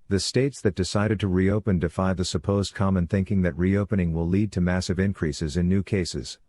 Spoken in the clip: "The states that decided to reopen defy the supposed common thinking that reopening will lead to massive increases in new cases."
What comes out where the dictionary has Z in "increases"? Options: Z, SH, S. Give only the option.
Z